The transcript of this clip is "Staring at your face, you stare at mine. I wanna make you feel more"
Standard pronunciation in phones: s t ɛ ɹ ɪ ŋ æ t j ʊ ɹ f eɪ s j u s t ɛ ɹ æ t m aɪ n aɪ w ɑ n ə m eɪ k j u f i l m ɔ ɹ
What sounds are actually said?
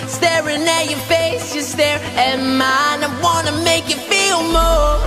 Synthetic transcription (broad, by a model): s t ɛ ɹ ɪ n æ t j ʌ ɹ f eɪ s j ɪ s t ɛ ɹ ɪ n m aɪ n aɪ w ɑ n ə m eɪ k j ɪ f i l m ɔ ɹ